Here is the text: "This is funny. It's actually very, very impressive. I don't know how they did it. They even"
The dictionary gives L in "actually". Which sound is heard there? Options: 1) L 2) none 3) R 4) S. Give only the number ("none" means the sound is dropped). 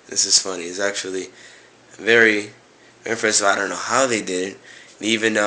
2